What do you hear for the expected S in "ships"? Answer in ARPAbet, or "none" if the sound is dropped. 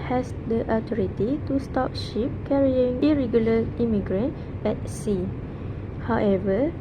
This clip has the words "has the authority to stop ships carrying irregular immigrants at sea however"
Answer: none